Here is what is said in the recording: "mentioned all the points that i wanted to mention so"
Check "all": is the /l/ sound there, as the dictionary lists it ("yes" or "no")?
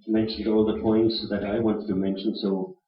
yes